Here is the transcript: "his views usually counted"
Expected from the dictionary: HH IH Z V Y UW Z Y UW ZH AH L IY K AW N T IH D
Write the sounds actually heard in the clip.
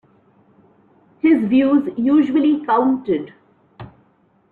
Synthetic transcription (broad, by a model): HH IH Z V Y UW Z Y UW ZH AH L IY K AW N T IH D